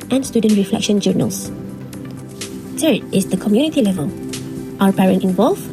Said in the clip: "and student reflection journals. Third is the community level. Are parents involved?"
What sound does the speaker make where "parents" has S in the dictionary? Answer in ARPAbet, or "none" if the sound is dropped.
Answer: none